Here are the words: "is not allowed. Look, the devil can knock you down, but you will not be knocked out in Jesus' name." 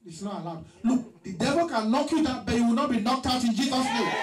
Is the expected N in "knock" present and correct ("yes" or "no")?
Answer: no